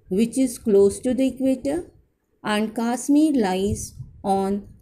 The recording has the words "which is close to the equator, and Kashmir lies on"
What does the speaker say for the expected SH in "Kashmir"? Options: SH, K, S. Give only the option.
S